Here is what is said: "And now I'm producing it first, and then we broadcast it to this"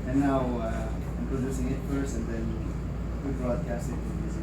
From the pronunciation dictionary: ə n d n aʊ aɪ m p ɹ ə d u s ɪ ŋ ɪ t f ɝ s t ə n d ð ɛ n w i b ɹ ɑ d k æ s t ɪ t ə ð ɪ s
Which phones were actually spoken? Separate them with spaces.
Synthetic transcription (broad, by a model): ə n n aʊ aɪ m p ɹ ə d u s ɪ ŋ ɪ t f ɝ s ə n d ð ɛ n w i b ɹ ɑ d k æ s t ɪ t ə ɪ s